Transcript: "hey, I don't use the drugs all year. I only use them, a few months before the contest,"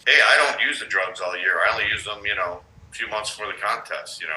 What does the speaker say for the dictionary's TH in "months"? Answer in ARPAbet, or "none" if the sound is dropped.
TH